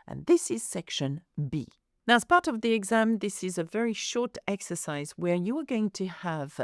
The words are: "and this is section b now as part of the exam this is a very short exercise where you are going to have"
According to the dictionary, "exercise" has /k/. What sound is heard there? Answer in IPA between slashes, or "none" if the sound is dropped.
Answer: /k/